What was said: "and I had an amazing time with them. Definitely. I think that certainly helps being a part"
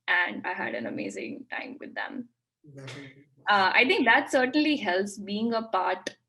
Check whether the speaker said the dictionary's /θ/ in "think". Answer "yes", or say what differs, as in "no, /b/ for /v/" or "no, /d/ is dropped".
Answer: no, /t/ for /θ/